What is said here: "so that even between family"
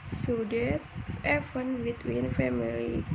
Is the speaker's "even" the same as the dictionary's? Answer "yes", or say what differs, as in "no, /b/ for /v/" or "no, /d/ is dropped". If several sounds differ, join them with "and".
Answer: no, /f/ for /v/